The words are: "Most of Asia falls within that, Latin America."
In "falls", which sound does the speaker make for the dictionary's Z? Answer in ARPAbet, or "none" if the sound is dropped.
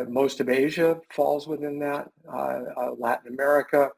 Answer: Z